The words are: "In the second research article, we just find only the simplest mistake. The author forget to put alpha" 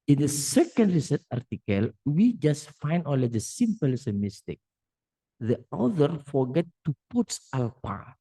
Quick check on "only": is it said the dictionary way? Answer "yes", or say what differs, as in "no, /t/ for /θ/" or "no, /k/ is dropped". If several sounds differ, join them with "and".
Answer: no, /n/ is dropped